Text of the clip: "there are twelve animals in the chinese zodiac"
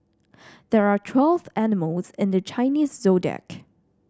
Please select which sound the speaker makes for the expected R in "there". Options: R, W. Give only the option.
R